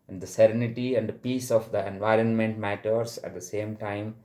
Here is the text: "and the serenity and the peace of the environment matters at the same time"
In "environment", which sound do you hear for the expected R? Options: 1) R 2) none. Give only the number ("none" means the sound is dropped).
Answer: 1